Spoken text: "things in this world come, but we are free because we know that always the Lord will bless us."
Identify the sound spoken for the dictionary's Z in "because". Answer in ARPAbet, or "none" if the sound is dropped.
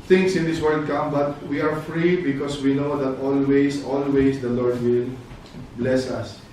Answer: S